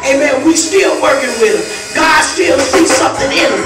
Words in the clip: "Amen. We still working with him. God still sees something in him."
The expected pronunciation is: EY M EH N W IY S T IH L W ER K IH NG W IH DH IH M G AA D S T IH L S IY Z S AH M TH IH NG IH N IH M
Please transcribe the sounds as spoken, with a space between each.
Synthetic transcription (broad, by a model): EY M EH N W IY S T IH L W ER K IH NG W IH DH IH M G AA D S T IH L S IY S AH M TH IH NG IH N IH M